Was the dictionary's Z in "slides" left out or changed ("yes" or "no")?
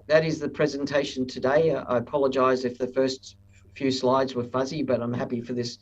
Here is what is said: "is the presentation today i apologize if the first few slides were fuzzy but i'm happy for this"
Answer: no